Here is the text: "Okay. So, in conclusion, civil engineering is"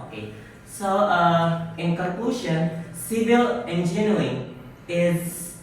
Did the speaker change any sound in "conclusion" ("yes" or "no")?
yes